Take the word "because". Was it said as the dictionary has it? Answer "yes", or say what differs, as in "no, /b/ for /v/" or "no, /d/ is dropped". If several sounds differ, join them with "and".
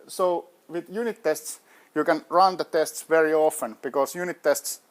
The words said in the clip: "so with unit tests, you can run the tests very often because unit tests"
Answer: no, /s/ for /z/